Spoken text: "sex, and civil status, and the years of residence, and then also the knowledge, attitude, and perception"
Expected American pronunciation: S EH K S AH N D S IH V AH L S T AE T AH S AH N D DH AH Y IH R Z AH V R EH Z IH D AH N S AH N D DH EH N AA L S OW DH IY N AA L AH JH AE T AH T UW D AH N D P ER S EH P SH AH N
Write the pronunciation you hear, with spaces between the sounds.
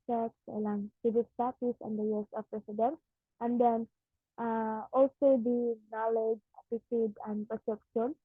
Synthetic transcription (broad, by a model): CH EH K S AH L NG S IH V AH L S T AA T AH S AH N D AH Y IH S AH F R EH S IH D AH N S AH N D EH N AA L S OW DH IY N AA L AH JH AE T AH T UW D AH N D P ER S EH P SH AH N